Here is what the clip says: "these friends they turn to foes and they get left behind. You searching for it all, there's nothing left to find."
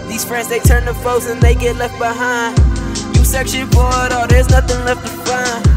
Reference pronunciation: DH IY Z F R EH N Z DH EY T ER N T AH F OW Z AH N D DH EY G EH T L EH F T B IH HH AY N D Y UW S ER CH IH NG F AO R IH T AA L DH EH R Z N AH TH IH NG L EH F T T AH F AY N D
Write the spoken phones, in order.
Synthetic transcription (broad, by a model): DH IY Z F R EH N Z DH EY T ER N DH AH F OW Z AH N DH EY G EH T L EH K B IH HH AY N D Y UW S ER SH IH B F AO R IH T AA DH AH R Z N AH TH IH NG L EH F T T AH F AY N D